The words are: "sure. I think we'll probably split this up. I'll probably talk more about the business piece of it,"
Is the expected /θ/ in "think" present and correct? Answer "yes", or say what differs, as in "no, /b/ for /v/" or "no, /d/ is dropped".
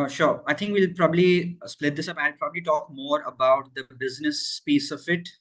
no, /t/ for /θ/